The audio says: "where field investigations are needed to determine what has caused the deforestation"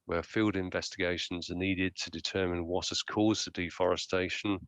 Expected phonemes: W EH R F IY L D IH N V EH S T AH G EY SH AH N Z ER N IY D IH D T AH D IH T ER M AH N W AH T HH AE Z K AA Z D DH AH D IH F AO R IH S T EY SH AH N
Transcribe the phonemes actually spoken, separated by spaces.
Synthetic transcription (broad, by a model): W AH F IY L D IH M V EH S T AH G EY SH AH N Z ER N IY D IH D T AH D IH T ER M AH N W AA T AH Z K AA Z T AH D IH F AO R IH S T EY SH AH N